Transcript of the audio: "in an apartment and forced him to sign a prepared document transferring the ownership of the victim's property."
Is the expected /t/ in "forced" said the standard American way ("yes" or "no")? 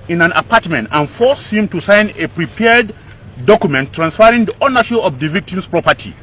no